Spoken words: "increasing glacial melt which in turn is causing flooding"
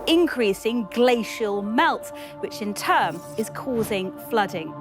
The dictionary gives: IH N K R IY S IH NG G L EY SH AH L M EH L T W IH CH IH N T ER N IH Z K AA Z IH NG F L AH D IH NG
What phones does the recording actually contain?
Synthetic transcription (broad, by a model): IH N K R IY S IH NG G L EY SH AH L M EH L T W IH CH IH N T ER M IH Z K AA Z IH NG F L AH D IH NG